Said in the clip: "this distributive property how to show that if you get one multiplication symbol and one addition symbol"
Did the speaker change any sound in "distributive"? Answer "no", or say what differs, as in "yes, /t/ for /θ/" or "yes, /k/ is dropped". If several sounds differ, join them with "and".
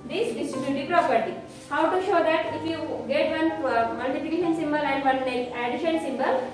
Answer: yes, /ɹ/ is dropped